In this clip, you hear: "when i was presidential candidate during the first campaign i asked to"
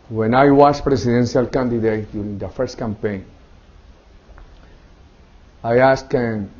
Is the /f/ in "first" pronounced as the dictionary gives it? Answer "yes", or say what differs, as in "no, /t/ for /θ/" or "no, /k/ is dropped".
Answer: yes